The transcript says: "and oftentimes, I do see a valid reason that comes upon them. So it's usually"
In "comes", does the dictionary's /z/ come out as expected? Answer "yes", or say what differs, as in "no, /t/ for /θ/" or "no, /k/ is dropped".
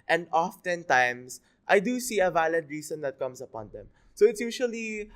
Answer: no, /s/ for /z/